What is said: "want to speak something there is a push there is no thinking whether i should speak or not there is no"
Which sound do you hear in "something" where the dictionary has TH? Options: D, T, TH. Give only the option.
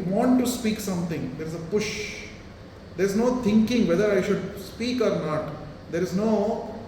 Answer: T